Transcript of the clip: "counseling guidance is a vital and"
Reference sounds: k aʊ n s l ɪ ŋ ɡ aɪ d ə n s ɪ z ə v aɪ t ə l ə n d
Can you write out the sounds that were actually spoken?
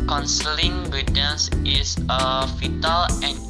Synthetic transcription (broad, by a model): k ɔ n s l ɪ ŋ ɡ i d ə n s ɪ s ə f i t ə l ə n